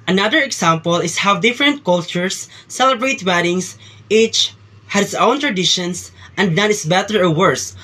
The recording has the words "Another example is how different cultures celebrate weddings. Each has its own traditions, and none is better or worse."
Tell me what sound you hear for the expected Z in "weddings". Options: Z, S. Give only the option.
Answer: S